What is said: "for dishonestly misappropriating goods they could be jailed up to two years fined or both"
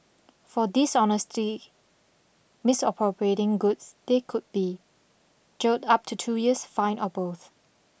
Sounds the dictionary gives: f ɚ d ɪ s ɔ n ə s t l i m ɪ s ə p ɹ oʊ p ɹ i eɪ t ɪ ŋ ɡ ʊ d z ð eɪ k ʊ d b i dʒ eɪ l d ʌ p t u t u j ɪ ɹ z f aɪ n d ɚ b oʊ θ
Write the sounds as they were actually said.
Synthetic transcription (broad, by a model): f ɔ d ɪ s ɔ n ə s t i m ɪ s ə p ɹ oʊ p ɹ i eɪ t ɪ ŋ ɡ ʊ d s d eɪ k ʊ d b i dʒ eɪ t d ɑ p t u t u j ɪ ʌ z f aɪ n ɚ b oʊ θ